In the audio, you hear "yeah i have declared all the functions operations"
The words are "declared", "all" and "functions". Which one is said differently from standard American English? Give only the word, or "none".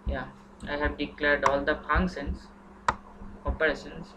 functions